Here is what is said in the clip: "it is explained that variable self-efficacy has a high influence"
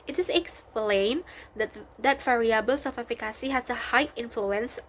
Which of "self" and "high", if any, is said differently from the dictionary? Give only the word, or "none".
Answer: self